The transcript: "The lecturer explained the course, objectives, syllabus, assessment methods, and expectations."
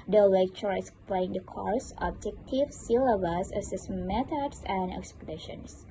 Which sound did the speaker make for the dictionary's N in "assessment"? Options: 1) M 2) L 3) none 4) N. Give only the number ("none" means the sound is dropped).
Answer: 3